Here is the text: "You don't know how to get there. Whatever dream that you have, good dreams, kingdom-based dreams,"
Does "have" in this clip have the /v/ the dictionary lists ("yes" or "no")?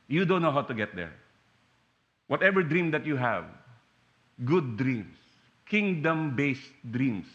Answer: yes